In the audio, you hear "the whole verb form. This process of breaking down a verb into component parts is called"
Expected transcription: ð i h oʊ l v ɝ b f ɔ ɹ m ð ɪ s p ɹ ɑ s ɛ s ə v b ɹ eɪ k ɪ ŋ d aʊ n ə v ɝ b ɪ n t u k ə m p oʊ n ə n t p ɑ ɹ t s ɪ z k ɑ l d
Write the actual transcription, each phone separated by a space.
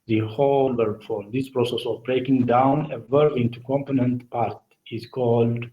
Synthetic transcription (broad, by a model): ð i h oʊ l b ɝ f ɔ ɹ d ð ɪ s p ɹ ɑ s ɛ s ə v b ɹ eɪ k ɪ ŋ d aʊ n ə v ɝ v ɪ n t u k ə m p oʊ n ə n t p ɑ ɹ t ɪ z k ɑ l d